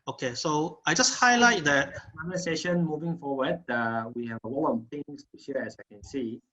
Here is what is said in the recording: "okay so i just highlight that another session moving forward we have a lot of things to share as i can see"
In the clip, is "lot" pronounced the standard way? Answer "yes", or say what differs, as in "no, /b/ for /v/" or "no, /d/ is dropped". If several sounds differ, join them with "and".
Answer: no, /w/ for /l/ and /t/ is dropped